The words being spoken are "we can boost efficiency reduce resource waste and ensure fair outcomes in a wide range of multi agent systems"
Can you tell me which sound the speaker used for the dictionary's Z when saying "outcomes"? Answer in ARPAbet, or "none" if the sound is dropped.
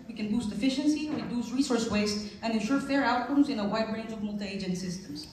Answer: Z